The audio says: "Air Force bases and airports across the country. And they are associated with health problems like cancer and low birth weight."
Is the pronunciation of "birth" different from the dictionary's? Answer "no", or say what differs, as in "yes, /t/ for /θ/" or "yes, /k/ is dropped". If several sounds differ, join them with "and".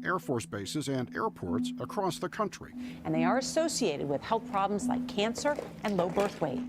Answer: no